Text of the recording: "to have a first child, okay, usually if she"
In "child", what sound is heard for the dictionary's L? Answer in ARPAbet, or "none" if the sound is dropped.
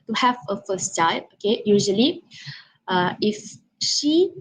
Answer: none